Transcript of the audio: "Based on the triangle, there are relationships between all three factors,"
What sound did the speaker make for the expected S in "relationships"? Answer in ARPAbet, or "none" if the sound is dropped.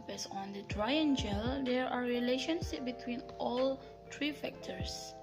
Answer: none